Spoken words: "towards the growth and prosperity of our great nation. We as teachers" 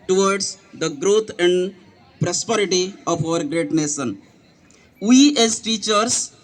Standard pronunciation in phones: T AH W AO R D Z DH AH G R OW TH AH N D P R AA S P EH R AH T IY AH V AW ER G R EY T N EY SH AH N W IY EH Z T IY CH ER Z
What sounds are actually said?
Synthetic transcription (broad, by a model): T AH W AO R D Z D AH G R OW T AH N D P R AA S P EH R AH T IY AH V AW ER G R EY T N EY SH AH N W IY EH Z T IY CH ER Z